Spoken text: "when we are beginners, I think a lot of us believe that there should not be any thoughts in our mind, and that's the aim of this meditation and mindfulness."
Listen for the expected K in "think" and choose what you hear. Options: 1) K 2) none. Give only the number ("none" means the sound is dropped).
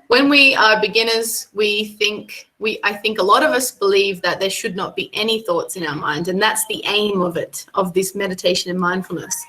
1